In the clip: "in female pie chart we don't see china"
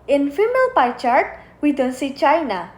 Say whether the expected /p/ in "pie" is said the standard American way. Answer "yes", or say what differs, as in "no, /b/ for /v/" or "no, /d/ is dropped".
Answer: yes